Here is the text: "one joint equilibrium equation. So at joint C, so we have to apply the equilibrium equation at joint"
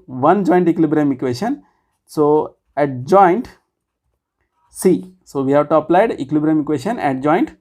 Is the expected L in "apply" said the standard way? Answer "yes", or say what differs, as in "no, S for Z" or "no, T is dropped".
yes